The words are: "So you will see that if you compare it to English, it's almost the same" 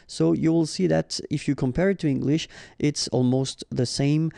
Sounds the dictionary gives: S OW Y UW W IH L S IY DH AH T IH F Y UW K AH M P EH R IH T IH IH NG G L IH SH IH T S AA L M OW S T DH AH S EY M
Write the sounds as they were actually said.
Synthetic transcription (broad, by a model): S OW Y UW W IH L S IY DH AH T IH F Y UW K AH M P EH R IH T IH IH NG G L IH SH IH T S AA L M OW S T DH AH S EY M